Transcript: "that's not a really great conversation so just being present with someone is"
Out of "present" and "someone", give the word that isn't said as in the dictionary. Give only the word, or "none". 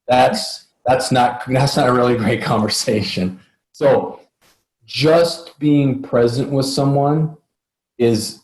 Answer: none